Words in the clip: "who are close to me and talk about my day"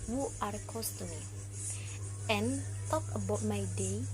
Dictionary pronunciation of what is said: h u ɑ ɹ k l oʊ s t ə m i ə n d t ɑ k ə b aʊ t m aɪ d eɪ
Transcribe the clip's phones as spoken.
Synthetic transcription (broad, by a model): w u ɑ ɹ k oʊ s t ə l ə n t ɑ k ə b aʊ t m aɪ d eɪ